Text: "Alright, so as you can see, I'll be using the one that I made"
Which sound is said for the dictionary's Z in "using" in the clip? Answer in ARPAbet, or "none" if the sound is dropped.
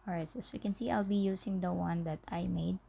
S